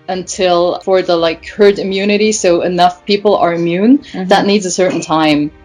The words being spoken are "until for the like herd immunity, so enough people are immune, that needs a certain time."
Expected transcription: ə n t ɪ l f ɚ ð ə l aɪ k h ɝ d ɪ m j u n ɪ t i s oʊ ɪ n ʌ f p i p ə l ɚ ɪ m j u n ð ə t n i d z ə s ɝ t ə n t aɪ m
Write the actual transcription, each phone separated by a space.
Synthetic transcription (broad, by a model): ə n t ɪ l f ɚ ð ə l aɪ k h ɝ d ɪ m j u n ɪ t i s oʊ ɪ n ʌ f p i p l ɚ ɪ m j u n ð ə t n i d z ə s ɝ t n t aɪ m